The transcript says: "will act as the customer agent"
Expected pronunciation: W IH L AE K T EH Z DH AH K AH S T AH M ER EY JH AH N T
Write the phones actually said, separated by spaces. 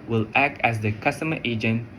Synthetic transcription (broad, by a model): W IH L AE K T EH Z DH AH K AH S T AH M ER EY JH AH N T